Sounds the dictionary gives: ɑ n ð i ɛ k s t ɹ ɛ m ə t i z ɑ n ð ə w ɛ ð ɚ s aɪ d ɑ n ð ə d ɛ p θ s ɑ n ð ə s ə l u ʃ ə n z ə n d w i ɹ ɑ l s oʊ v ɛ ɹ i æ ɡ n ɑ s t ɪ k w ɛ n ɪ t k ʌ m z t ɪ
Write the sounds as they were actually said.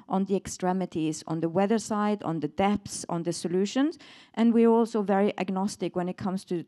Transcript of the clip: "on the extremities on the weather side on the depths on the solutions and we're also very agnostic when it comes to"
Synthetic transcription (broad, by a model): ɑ n ð i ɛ k s t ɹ ɛ m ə t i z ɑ n ð ə w ɛ ð ɚ s aɪ d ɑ n ð ə d ɛ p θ s n ð ə s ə l u ʃ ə n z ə n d w i ɹ ɑ l s oʊ v ɛ ɹ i æ ɡ n ɑ s t ɪ k w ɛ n ɪ t k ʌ m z t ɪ